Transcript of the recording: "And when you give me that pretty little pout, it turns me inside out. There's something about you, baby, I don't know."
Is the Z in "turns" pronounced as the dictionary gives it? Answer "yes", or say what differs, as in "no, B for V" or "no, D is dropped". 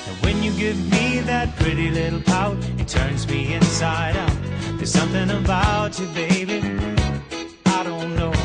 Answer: yes